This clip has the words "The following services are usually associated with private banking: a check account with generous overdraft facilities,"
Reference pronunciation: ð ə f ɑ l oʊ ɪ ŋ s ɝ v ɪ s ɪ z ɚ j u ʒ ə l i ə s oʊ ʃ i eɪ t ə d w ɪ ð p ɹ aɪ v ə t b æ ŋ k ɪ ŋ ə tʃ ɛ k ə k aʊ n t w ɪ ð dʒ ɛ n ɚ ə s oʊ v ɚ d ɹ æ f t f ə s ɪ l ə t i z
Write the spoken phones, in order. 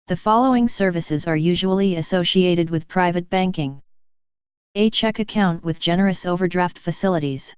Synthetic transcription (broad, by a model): ð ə f ɑ l oʊ ɪ ŋ s ɝ v ɪ s ɪ z ɚ j u ʒ ə l i ə s oʊ ʃ i eɪ t ə d w ɪ ð p ɹ aɪ v ə t b æ ŋ k ɪ ŋ ə tʃ ɛ k ə k aʊ n t w ɪ ð dʒ ɛ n ɚ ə s oʊ v ɚ d ɹ æ f t f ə s ɪ l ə t i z